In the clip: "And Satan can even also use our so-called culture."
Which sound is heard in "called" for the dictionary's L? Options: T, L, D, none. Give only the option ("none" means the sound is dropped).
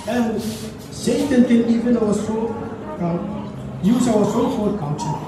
none